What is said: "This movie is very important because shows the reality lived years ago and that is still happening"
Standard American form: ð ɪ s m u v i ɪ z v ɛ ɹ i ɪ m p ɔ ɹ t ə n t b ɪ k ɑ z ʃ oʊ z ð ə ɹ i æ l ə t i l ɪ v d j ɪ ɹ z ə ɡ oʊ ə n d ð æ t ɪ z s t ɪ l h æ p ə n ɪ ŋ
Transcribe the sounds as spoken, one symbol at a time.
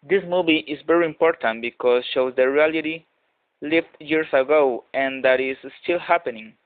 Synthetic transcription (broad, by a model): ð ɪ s m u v i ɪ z v ɛ ɹ i ɪ m p ɔ ɹ t ə n t b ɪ k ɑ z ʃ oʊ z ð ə ɹ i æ l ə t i l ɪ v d j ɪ ɹ s ə ɡ oʊ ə n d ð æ t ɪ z s t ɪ l h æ p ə n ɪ ŋ